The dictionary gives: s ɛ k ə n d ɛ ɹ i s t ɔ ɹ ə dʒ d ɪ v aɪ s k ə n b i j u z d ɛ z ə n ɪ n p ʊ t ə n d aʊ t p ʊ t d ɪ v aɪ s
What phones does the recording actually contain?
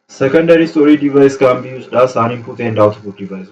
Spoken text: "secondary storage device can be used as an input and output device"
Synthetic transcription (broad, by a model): s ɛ k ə n d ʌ ɹ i s t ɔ ɹ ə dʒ d ɪ v aɪ s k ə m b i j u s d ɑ s ə n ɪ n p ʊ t ə n d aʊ t b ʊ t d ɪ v aɪ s